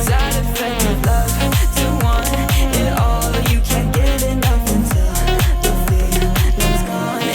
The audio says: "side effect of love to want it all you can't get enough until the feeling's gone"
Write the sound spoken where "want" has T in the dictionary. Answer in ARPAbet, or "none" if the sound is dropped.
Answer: none